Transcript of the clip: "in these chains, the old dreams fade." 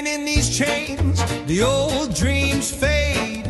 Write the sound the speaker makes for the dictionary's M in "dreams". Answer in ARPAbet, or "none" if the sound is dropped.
M